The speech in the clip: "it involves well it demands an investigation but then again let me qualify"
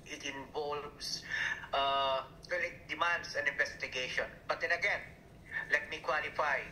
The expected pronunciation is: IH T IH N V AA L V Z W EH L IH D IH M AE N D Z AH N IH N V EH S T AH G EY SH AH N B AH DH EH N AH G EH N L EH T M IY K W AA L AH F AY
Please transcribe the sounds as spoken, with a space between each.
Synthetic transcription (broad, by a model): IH T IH N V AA L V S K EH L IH D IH M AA N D S AH N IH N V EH S T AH G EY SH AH N B AH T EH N AH G EH N L EH T M IY K W AA L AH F AY